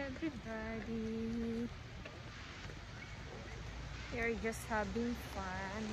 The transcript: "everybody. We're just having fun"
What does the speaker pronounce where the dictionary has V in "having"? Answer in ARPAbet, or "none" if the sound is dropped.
B